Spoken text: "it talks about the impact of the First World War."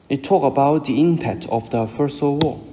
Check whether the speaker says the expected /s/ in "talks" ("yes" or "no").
no